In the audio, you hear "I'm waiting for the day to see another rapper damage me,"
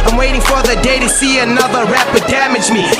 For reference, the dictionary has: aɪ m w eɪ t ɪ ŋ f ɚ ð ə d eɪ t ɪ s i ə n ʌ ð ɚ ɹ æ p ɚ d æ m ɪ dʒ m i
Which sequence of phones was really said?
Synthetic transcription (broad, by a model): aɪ m w eɪ t ɪ ŋ f ɚ ð ə d eɪ t ɪ s i ə n ʌ ð ɚ ɹ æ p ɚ d æ m ɪ dʒ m i